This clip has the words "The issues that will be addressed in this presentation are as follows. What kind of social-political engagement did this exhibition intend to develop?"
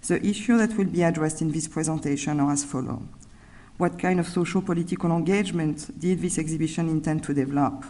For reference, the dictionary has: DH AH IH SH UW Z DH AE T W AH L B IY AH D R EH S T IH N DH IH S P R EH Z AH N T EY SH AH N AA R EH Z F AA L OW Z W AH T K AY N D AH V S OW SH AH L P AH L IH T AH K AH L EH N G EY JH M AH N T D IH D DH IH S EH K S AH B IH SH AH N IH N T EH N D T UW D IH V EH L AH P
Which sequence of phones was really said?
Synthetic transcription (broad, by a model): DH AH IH SH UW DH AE T W AH L B IY AH D R EH S T IH N DH IH S P R EH Z AH N T EY SH AH N AA R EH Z F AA L OW W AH T K AY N D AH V S OW SH AH L P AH L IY T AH K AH L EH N G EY JH M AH N T D IH D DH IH S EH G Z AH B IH SH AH N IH N T EH N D T UW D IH V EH L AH P